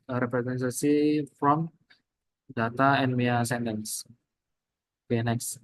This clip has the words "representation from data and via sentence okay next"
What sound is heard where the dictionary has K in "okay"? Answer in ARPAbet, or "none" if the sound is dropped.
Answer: none